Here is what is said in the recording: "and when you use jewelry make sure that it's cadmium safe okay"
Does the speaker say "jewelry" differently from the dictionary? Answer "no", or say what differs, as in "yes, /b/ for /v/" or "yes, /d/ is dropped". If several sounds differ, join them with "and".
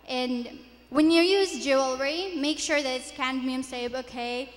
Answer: no